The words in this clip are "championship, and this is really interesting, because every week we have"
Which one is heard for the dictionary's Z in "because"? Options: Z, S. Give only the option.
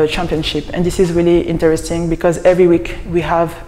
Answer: Z